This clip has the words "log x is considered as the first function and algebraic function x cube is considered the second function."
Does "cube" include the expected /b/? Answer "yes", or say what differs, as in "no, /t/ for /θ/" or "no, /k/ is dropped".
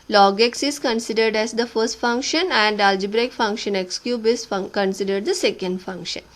yes